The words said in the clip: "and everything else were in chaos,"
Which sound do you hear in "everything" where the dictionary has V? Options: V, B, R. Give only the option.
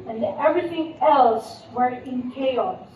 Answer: V